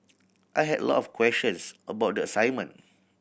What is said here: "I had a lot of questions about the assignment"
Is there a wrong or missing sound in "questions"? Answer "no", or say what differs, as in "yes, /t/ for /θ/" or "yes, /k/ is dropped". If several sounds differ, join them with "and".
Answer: yes, /ʃ/ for /tʃ/ and /s/ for /z/